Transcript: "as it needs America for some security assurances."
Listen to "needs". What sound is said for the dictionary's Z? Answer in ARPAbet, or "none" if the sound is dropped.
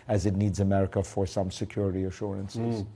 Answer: Z